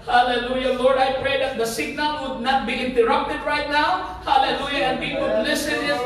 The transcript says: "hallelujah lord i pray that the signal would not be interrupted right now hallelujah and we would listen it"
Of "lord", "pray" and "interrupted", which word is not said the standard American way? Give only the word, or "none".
none